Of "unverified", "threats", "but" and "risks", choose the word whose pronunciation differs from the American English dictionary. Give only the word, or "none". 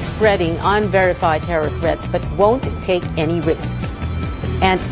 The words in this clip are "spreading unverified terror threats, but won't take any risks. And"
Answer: threats